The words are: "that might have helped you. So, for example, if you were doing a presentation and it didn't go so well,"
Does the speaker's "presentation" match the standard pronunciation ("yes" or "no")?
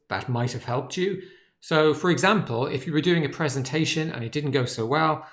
yes